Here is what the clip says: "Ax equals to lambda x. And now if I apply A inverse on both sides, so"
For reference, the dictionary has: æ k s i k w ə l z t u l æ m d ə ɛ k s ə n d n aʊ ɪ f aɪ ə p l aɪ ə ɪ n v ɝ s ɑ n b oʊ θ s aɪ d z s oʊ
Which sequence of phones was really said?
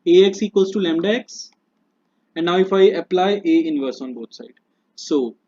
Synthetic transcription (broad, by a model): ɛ k s i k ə z t u l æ m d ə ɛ k s ə n d n aʊ ɪ f aɪ ə p l aɪ ə ɪ n v ɝ s ɑ n b oʊ t s aɪ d s oʊ